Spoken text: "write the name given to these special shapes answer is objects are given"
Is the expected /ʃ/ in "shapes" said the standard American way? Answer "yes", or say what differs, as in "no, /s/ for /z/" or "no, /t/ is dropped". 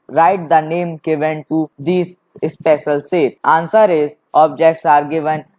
no, /s/ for /ʃ/